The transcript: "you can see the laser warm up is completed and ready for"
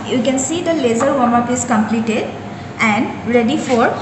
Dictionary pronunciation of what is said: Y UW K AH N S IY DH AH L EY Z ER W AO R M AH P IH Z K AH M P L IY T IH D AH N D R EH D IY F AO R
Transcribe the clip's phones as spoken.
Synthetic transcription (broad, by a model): Y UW K AH N S IY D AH L EY Z ER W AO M AH P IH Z K AH M P L IY T IH D AH N D R EH D IY F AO R